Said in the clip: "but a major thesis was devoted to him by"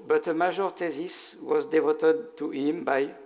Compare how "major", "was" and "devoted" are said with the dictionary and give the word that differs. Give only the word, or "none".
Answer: major